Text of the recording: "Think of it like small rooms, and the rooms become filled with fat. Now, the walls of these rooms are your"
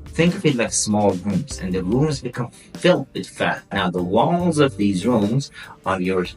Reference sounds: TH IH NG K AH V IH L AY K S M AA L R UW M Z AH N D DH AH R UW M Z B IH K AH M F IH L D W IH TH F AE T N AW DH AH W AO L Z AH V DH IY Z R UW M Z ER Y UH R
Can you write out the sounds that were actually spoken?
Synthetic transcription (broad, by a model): TH IH NG K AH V IH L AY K S M AA L R UW M Z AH N DH AH R UW M Z B IH K AH M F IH L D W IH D F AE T N AW DH AH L AO Z AH V DH IY Z R UW M Z ER Y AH R